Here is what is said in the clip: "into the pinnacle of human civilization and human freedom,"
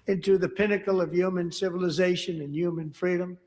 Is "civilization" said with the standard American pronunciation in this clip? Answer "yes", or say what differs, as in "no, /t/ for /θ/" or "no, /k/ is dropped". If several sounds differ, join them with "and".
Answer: yes